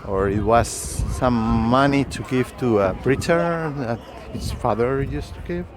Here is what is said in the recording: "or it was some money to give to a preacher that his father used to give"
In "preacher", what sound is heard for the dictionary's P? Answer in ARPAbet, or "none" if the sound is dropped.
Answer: B